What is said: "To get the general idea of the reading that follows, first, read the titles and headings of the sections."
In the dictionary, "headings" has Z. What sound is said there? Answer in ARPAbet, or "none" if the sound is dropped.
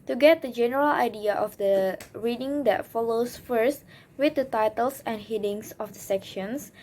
S